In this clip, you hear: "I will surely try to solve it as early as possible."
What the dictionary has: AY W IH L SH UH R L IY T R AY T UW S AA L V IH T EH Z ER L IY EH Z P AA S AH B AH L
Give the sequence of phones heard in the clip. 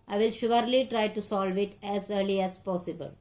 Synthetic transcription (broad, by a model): AY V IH L SH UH R L IY T R AY T UW S AA L V IH T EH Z ER L IY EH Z P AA S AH B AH L